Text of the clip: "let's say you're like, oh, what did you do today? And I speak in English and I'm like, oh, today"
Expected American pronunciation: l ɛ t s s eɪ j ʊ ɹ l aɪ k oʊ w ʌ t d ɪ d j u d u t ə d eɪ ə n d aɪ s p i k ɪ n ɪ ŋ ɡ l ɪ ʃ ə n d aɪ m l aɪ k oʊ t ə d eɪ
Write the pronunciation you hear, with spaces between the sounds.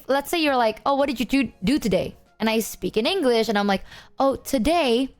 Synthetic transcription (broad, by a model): l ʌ t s s eɪ j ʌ ɹ l aɪ k oʊ w ʌ t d ɪ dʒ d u d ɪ t ə d eɪ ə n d aɪ s p i k ɪ n ɪ ŋ ɡ l ɪ ʃ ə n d aɪ m l aɪ k oʊ t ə d eɪ